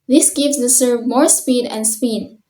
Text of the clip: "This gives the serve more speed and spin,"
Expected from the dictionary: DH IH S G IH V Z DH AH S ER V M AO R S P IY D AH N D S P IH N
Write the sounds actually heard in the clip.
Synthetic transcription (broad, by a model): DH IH S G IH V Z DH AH S ER V M AO R S P IY D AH N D S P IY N